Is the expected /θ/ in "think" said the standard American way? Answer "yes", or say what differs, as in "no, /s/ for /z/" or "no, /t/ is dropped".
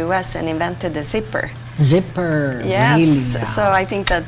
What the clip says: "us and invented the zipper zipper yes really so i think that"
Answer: yes